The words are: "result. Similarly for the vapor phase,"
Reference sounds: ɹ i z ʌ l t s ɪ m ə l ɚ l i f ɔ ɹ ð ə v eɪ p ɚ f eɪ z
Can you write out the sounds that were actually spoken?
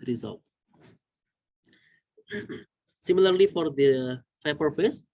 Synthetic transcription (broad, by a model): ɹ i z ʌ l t s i m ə l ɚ l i f ɔ ɹ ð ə f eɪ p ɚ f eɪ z